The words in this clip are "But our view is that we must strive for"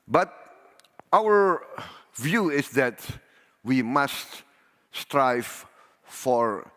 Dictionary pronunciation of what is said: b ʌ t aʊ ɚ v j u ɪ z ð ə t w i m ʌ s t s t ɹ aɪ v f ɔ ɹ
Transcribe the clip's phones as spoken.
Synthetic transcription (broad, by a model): b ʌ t aʊ ɚ v j u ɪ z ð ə t w i m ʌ s t s t ɹ aɪ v f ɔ ɹ